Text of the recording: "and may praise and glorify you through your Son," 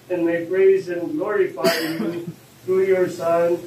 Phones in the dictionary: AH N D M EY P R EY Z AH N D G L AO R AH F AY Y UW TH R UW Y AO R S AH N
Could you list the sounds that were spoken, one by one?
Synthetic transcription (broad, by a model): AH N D M EY P R EY Z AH N G L AO R AH F AY Y UW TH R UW Y AO R S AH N